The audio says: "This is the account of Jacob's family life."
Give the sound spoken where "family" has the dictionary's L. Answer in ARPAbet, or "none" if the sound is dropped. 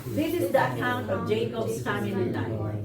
N